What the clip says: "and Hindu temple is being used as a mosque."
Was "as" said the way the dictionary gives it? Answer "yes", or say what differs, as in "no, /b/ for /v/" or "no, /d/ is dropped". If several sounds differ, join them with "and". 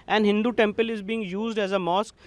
yes